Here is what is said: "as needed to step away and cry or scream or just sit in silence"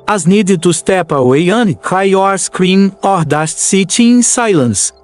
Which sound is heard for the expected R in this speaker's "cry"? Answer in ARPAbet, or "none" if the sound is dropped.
none